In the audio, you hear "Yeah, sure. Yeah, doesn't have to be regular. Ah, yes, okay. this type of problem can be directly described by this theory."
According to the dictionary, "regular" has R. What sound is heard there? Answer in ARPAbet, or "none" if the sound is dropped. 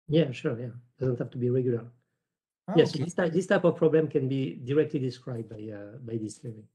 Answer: R